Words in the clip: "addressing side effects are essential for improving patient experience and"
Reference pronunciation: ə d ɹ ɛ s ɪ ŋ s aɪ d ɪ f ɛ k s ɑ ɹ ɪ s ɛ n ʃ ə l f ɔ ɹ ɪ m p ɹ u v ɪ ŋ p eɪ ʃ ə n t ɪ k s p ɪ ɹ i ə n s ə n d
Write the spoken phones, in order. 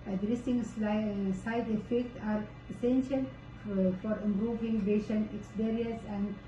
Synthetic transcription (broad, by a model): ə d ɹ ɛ s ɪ ŋ s aɪ d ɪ f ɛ k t ɑ ɹ ɪ s ɛ n ʃ ə l f ɔ ɹ ɪ m p ɹ u v ɪ ŋ b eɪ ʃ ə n ɪ k s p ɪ ɹ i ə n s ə n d